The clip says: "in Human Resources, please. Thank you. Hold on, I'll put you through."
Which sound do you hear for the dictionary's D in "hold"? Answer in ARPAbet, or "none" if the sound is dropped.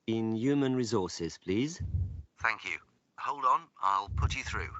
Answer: D